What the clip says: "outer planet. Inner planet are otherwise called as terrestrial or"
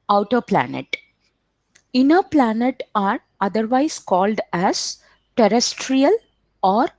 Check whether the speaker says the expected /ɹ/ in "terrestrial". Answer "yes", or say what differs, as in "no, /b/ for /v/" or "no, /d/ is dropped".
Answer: yes